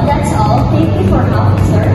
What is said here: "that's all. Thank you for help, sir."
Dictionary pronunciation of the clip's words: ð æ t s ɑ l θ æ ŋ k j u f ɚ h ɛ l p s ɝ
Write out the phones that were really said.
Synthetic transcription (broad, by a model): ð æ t s ɑ l θ æ ŋ k j u f ɚ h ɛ p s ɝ